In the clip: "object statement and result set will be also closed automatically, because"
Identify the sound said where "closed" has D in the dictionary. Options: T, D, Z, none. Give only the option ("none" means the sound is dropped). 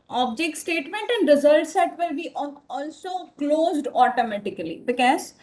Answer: D